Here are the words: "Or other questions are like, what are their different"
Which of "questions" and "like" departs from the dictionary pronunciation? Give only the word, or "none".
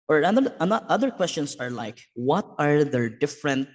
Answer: questions